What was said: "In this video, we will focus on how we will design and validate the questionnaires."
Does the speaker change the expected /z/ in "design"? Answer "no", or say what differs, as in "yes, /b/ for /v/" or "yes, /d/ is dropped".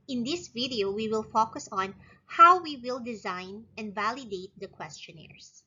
no